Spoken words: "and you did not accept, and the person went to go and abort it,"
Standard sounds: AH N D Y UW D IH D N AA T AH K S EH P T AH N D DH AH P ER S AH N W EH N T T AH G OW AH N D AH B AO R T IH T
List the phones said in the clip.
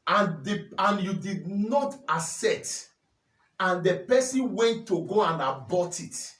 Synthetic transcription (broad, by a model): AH N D Y UW D IH D N AA T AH S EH T AH N D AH P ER S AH N W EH N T T AH G OW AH N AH B AO T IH T